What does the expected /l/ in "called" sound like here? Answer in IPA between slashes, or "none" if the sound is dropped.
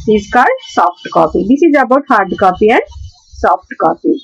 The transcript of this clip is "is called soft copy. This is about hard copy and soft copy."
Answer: none